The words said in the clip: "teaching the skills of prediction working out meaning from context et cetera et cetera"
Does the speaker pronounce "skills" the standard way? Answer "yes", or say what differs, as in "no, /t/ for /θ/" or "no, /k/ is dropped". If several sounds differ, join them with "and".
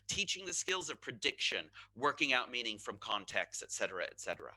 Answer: yes